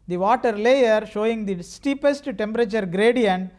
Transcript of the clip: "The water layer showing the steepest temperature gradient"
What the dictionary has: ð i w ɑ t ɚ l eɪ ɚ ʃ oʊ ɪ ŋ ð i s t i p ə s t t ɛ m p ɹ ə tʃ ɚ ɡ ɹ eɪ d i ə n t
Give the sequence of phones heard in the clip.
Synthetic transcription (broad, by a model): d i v ɑ t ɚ l eɪ ɚ ʃ oʊ ɪ ŋ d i s t i p ə s t t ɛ m p ɹ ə tʃ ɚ ɡ ɹ eɪ d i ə n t